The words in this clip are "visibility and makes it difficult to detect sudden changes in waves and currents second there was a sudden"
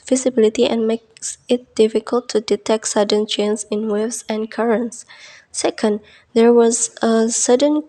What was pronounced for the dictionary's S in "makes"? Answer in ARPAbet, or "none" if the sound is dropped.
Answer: S